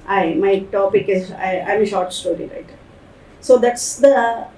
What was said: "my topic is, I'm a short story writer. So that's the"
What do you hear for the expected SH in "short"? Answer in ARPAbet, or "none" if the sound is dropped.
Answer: SH